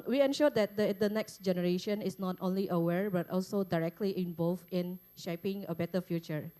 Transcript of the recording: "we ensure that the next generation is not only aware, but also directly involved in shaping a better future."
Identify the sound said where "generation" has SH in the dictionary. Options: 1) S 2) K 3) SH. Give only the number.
3